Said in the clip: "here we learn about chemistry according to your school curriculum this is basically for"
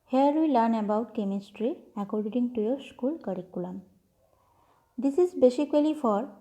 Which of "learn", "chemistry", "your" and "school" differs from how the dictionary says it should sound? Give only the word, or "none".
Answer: none